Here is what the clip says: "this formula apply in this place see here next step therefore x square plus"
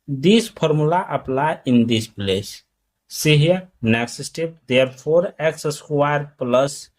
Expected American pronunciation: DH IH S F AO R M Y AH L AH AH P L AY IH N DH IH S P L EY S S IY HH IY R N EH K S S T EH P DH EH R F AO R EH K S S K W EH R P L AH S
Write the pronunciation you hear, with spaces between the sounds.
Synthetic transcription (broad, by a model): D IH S P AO R M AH L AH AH P L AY IH N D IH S P L EY S S IY HH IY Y N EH K S S T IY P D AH R P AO R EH K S S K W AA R P L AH S